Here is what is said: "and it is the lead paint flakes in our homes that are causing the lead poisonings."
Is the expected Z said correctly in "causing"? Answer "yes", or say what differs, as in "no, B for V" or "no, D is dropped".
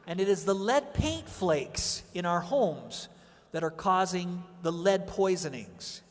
yes